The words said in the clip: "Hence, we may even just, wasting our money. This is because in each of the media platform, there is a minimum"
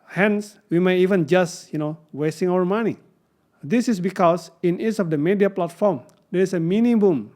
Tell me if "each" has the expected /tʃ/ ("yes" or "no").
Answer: no